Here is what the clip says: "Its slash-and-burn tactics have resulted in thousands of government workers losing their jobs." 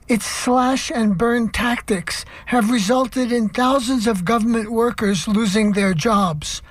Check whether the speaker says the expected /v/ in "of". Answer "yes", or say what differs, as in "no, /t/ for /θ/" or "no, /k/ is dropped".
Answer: yes